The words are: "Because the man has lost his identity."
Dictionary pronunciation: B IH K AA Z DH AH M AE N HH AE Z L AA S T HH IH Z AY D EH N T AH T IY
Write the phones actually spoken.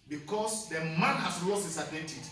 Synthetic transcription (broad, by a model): B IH K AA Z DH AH M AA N HH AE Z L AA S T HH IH S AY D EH N T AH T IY